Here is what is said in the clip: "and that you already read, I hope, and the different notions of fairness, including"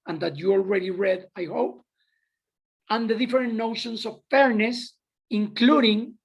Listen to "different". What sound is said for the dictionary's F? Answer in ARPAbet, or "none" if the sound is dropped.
none